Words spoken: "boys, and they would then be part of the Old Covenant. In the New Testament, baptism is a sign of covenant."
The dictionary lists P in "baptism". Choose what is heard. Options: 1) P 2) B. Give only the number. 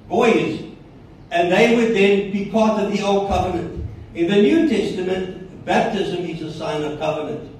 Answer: 1